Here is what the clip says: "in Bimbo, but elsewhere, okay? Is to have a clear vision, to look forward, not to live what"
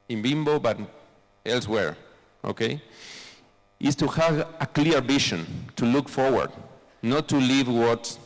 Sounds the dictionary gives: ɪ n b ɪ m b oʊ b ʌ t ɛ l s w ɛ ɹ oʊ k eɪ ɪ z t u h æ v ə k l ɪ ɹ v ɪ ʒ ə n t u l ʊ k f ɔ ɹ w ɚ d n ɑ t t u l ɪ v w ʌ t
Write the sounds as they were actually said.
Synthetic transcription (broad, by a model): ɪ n b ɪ m b oʊ b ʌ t ɛ l s w ɛ ɹ oʊ k eɪ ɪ s t u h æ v ə k l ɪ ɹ b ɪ ʃ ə n t u l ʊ k f ɔ ɹ w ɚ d n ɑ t t u l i v w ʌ t